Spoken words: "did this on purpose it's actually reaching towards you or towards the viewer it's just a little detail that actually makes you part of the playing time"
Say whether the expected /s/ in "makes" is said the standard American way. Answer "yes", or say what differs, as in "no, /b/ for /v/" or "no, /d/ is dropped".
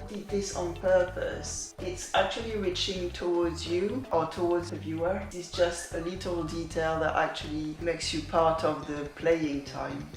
yes